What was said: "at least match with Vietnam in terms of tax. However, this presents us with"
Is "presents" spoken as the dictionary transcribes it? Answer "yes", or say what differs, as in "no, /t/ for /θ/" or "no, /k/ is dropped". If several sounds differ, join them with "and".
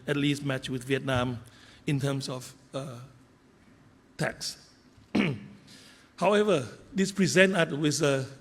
no, /s/ is dropped